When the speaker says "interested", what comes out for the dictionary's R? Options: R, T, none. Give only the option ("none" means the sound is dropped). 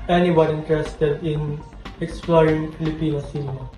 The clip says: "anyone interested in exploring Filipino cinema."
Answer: R